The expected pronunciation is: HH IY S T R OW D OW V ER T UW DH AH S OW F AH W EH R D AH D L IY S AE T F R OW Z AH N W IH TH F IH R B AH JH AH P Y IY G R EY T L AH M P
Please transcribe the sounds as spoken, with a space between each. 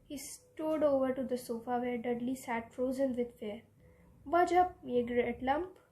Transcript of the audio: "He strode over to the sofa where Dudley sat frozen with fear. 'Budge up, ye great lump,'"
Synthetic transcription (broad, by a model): HH IY S T OW D OW V ER T UW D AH S OW F AH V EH R D AH D L IY S AE T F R OW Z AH N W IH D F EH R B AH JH AH P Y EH G R EY T L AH M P